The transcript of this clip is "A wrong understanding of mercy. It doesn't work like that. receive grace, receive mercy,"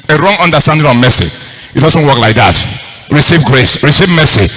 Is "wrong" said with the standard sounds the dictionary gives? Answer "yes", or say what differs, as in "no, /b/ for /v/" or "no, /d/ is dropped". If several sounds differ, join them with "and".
yes